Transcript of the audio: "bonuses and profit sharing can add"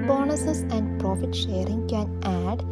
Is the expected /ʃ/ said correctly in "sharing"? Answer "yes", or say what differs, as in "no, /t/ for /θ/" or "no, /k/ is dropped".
yes